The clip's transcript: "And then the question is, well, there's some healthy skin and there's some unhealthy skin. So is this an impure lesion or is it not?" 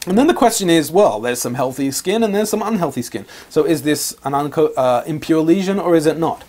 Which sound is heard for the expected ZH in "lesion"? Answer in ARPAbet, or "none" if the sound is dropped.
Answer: ZH